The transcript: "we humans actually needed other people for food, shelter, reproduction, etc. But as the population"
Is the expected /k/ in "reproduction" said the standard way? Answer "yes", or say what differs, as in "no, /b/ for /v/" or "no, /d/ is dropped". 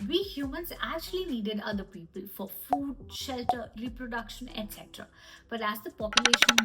yes